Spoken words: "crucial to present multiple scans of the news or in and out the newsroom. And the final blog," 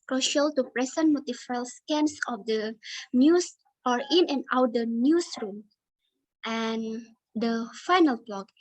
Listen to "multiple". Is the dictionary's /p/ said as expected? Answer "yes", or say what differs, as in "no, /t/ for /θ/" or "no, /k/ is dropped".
no, /f/ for /p/